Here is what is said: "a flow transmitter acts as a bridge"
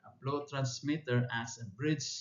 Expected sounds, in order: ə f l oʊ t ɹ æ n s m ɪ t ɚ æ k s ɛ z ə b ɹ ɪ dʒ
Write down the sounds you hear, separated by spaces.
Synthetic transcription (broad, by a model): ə p l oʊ t ɹ æ n s m ɪ t ɚ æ s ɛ ə b ɹ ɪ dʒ